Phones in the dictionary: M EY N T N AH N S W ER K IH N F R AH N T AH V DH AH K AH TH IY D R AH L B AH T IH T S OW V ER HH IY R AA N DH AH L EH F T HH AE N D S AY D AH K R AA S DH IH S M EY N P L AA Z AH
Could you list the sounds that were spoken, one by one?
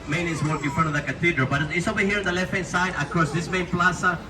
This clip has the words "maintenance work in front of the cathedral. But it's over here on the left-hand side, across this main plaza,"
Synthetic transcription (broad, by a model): M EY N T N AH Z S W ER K IH N F R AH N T AH V DH AH K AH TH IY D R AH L B AH T IH T S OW B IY HH IY R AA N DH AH L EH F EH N S AY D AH K AA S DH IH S M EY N P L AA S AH